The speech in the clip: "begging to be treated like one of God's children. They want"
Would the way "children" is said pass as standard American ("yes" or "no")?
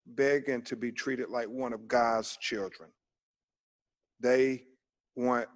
yes